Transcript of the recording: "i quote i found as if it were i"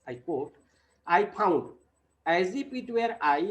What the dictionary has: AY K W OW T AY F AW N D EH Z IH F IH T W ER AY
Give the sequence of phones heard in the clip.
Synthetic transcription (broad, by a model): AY K W OW T AY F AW N D EH Z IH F IH T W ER AY